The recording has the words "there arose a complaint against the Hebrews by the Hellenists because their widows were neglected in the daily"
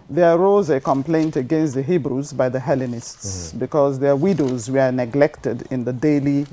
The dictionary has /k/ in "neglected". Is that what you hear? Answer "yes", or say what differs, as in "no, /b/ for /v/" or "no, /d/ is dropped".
yes